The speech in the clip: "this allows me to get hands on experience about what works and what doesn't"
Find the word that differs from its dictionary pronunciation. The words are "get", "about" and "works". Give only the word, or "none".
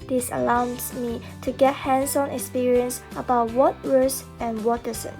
works